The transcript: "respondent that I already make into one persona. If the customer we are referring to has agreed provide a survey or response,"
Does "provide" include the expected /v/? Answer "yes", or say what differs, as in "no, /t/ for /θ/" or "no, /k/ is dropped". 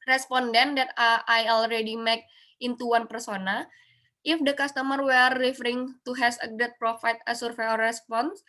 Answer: no, /f/ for /v/